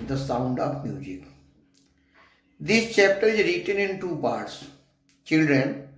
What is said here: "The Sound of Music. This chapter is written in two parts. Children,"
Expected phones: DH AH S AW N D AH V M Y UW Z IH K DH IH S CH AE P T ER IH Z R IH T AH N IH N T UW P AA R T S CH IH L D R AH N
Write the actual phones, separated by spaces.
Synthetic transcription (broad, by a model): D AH S AW N D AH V M Y UW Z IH K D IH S CH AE P T ER IH Z R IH T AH N IH N T UW P AA R T S CH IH L D R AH N